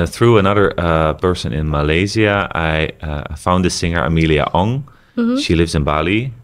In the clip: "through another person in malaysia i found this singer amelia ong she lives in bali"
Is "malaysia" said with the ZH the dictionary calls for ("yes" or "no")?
no